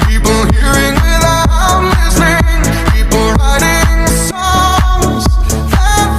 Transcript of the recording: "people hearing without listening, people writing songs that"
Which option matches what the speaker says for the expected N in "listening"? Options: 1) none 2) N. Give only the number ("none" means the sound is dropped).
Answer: 1